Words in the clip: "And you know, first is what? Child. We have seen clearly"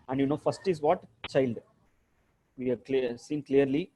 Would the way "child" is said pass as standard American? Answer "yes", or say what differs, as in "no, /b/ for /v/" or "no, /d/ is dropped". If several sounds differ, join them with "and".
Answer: yes